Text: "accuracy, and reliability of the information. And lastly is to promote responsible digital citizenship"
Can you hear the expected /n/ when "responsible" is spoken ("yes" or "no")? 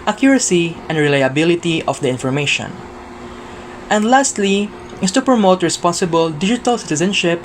yes